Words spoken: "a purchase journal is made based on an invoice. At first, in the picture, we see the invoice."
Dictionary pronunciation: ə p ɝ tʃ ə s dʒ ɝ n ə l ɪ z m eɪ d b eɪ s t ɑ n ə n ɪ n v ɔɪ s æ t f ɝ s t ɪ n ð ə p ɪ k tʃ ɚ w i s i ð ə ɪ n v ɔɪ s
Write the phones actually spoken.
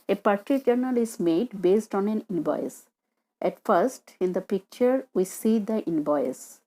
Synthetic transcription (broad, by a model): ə p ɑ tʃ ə dʒ ɝ n ə l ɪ s m eɪ d b eɪ s t ɑ n ə n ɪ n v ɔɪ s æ t f ɝ s t ɪ n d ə p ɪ k tʃ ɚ w i s i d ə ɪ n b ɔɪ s